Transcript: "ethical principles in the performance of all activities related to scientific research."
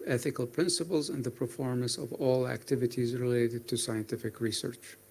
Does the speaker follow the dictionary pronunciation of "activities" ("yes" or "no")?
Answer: yes